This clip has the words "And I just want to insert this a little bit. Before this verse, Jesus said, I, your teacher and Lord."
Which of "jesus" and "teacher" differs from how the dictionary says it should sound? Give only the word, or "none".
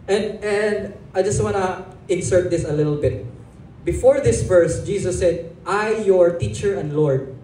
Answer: jesus